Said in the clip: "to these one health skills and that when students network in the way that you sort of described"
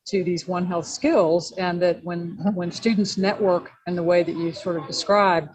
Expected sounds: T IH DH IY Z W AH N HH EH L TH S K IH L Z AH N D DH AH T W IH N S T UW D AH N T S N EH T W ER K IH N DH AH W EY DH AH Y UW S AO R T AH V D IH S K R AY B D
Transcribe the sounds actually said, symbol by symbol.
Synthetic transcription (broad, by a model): T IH DH IY Z W AH N HH EH L TH S K IH L Z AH N DH AH T W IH N S T UW D N T S N EH T W ER K IH N DH AH W EY DH AH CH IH S AO R T AH V D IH S K R AY B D